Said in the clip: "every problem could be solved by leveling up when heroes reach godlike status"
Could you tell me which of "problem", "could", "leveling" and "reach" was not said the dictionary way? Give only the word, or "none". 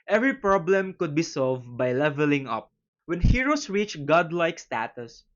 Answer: none